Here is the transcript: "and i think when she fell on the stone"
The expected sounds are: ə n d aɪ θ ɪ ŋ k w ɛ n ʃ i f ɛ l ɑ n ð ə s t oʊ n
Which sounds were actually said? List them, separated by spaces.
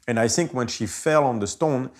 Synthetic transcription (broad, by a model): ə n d aɪ θ ɪ ŋ k w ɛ n ʃ i f ɛ l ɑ n ð ə s t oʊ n